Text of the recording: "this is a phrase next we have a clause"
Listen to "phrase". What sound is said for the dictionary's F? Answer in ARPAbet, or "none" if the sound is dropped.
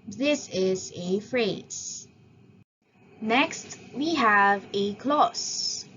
F